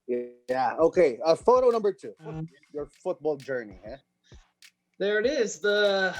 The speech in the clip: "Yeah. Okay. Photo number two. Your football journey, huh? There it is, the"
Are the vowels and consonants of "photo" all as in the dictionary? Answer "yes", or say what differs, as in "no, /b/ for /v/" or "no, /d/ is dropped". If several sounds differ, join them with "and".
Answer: yes